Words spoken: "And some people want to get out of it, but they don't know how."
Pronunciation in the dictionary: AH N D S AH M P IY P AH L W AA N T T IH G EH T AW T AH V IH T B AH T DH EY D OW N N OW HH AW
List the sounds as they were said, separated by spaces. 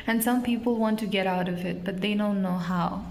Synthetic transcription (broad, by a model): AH N S AH M P IY P L W AA N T T IH G EH T AW T AH V IH T B AH T DH EY D OW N N OW HH AW